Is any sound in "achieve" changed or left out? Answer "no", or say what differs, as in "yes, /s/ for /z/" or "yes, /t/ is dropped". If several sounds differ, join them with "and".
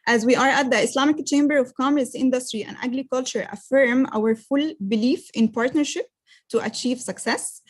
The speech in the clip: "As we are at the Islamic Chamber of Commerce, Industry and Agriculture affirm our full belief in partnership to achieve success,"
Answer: no